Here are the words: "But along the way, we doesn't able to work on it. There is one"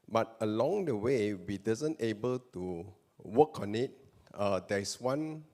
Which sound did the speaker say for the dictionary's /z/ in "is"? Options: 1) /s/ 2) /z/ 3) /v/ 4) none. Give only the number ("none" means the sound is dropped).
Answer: 1